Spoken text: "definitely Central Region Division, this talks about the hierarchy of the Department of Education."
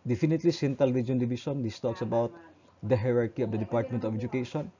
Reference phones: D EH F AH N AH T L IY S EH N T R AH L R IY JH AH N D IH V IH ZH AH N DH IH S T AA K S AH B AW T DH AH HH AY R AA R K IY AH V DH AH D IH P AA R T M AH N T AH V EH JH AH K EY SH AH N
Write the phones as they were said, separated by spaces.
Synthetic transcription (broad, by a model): D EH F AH N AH T L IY S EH N T AH L R IY JH AH N D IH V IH SH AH N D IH S T AA K S AH B AW T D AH HH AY R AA R K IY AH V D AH D IH P AA R T M AH N T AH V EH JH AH K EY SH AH N